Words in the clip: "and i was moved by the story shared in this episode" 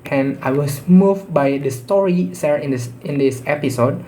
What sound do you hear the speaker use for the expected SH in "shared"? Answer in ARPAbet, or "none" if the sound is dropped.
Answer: S